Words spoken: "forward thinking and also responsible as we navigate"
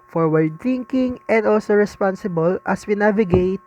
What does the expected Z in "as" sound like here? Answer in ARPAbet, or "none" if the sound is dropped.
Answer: S